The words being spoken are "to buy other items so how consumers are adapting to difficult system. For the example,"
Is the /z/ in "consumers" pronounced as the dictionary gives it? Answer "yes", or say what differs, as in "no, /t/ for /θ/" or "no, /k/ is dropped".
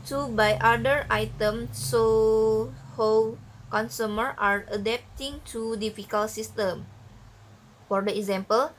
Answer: no, /z/ is dropped